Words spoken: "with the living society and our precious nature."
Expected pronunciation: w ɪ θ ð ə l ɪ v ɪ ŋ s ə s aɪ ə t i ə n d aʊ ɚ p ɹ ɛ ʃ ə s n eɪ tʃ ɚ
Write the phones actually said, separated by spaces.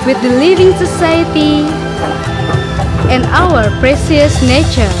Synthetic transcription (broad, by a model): w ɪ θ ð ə l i v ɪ ŋ s ə s aɪ ə t i ə n d aʊ ɚ p ɹ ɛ s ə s n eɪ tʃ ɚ